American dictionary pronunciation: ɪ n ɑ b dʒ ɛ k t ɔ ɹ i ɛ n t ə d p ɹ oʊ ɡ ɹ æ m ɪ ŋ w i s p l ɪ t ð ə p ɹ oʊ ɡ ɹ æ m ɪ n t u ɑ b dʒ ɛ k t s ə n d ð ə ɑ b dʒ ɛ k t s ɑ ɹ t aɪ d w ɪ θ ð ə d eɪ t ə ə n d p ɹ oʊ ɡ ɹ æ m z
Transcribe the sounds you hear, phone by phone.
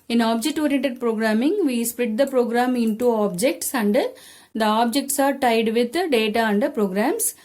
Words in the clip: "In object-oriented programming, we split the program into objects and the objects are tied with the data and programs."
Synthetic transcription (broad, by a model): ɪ n ɑ b dʒ ɛ k t ɔ ɹ i ɛ n t ə d p ɹ oʊ ɡ ɹ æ m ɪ ŋ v i s p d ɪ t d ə p ɹ oʊ ɡ ɹ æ m ɪ n t u ɑ b dʒ ɛ k t s ə n d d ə ɑ b dʒ ɛ k t s ɑ ɹ t aɪ d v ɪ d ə d eɪ t ə ə n d p ɹ oʊ ɡ ɹ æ m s